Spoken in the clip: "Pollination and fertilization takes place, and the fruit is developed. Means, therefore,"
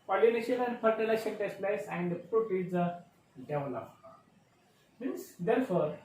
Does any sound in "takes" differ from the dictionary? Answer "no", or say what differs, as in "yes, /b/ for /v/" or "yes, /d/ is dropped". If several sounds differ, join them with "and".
yes, /k/ is dropped